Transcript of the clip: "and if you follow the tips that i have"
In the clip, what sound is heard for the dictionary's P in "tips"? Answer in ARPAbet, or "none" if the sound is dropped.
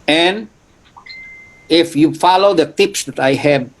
P